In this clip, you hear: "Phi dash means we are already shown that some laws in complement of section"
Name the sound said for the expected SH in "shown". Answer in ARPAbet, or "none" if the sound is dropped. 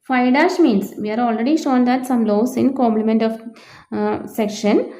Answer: SH